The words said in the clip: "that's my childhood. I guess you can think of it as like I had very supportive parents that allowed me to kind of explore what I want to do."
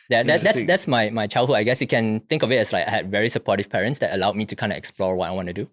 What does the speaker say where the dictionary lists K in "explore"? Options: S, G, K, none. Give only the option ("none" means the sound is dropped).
K